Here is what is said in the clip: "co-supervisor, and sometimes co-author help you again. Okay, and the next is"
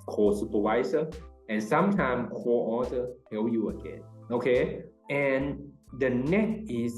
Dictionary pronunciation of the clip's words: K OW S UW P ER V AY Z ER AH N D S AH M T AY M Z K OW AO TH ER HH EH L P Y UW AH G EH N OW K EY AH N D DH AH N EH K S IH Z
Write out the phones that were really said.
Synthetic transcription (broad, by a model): K OW S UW P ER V AY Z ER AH N S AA M T AY M K OW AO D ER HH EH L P Y UW AH G EH N OW K EY AH N D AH N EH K IH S